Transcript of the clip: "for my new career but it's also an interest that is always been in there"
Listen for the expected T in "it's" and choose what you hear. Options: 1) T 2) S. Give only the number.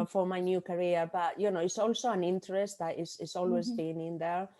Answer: 1